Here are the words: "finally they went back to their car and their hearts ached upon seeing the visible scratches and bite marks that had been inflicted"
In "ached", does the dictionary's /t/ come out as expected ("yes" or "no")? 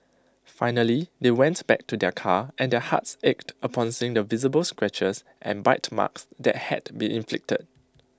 yes